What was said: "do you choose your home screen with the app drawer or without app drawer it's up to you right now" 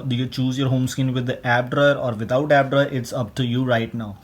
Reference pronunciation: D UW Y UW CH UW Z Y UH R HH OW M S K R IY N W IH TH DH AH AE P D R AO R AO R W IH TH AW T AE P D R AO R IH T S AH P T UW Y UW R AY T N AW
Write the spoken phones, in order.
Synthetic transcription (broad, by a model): D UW Y UW CH UW Z Y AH R HH OW M S K IH N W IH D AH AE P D R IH R AO R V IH T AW T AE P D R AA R IH T S AH P T UW Y UW R AY T N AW